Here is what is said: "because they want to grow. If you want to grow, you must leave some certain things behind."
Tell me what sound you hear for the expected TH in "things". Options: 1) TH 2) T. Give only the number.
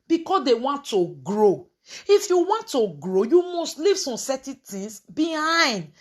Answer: 2